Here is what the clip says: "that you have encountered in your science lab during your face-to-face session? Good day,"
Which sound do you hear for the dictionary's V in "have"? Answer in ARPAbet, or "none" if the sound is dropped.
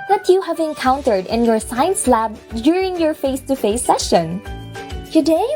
V